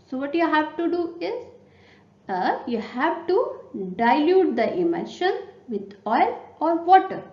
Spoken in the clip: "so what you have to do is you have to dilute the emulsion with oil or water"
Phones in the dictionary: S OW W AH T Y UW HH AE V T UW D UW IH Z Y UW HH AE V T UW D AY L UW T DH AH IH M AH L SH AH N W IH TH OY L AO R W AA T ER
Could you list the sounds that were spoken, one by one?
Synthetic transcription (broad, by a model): S OW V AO T Y UW HH AE V T UW D UW IH Z Y UW HH AE V T UW D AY L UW T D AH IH M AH SH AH N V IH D OY L AO R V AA T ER